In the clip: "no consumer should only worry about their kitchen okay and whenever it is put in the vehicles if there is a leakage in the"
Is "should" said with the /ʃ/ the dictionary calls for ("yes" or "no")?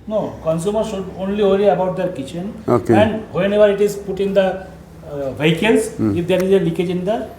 no